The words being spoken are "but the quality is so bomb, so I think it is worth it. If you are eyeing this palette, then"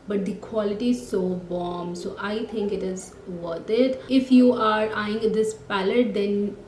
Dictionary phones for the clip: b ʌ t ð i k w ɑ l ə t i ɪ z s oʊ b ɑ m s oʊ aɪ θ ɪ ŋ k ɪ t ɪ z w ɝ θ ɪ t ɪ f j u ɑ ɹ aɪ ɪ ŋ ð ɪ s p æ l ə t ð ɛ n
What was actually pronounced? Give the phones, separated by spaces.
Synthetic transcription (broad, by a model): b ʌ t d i k w ɑ l ə t i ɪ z s oʊ b ɑ m s oʊ aɪ t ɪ ŋ k ɪ t ɪ z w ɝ t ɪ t ɪ f j u ɑ ɹ aɪ ɪ ŋ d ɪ s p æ l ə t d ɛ n